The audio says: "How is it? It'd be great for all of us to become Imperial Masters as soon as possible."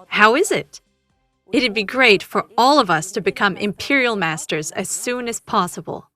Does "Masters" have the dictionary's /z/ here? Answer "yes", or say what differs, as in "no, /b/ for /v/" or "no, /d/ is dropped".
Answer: yes